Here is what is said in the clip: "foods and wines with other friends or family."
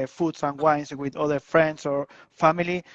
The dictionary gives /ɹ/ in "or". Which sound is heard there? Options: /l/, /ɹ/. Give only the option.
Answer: /ɹ/